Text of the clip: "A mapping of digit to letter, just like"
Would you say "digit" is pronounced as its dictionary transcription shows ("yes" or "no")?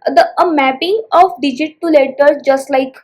yes